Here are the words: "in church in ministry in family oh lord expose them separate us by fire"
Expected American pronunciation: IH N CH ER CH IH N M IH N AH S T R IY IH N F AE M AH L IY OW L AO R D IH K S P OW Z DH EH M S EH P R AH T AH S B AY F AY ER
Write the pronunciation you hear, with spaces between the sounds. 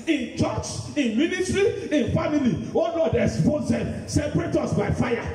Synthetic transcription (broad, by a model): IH N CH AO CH IH N M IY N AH S T R IY IH N F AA M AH L IY OW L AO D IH S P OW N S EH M S EH P R AH T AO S B AY F AY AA